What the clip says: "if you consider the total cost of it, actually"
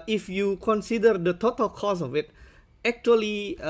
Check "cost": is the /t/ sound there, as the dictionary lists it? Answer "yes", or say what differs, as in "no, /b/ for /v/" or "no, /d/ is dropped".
no, /t/ is dropped